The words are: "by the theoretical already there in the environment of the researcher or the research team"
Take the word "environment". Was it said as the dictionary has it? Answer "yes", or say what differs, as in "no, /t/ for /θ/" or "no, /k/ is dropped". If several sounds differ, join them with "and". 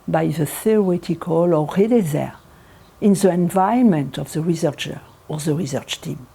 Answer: no, /ɹ/ is dropped